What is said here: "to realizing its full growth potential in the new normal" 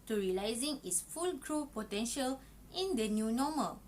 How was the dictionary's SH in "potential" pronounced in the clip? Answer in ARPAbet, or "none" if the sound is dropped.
SH